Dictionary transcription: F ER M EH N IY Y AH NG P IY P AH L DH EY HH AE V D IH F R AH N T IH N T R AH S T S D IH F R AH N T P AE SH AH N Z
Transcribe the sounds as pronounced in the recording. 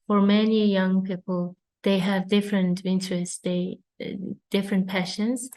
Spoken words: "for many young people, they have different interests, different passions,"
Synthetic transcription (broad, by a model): F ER M EH N IY Y AH NG P IY P AH L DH EY HH AE V D IH F R AH N T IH N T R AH S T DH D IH F R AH N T P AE SH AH N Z